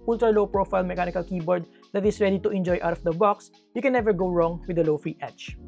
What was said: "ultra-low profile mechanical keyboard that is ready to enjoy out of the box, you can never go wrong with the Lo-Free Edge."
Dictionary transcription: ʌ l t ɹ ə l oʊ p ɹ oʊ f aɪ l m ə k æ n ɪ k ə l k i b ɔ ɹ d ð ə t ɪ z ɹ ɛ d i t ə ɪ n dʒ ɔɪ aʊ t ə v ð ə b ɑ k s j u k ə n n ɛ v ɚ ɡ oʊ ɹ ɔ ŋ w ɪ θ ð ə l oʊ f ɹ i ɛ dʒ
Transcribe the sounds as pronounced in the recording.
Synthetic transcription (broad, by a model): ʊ l t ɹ l oʊ p ɹ oʊ f aɪ l m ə k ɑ n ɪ k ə l k i b ɔ ɹ d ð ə t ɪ s ɹ ɛ d i t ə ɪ n dʒ ɔɪ aʊ t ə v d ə b ɑ k s j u k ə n n ɛ v ɚ ɡ oʊ ɹ ɔ ŋ w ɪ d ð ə l oʊ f ɹ i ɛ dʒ